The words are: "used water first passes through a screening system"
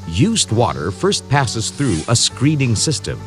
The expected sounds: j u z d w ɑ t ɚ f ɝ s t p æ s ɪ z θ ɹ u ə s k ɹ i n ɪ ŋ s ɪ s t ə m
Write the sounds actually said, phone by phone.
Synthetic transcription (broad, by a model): j u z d w ɑ t ɚ f ɝ s t p æ s ɪ z θ ɹ u ə s k ɹ i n ɪ ŋ s ɪ s t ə m